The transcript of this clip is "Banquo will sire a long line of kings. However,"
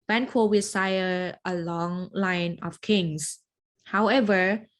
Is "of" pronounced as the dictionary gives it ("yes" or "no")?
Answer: no